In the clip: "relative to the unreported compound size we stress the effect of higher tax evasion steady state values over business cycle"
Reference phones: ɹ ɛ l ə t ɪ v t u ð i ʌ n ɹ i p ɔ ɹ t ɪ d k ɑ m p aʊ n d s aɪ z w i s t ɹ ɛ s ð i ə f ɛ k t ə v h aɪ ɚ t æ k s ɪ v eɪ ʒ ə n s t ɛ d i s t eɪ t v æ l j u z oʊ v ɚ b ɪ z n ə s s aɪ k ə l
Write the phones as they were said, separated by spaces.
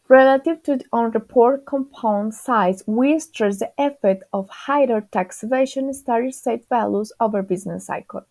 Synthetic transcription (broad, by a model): ɹ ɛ l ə t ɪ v t u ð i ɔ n ɹ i p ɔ ɹ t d k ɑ m p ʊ n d s aɪ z w i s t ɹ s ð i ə f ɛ t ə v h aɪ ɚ t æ k s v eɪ ʃ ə n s t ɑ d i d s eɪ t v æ l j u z oʊ v ɚ b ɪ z n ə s s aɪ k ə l